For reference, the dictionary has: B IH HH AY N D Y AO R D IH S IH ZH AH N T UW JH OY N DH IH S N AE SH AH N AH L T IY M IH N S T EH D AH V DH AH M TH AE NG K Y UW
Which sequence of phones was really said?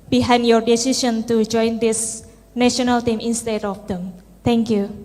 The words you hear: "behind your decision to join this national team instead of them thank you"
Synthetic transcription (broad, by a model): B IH HH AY N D Y AO R D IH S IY SH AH N T UW JH OY N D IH S N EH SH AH N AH L T IY M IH N S T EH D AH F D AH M T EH NG K Y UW